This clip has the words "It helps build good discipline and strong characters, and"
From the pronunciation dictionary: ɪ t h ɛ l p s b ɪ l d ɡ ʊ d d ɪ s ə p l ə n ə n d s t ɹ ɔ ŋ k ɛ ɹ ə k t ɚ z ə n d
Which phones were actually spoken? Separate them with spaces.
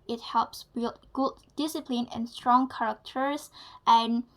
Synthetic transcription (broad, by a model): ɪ t h ɛ l p s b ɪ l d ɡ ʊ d d ɪ s ə p l ə n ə n s t ɹ ɔ ŋ k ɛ ɹ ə k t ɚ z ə n